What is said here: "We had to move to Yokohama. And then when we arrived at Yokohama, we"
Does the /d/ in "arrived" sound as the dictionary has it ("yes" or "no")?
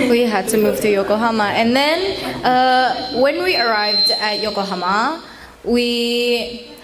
yes